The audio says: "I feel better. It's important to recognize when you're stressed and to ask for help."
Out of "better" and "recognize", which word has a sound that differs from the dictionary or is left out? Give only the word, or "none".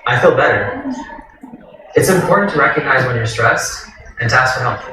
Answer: none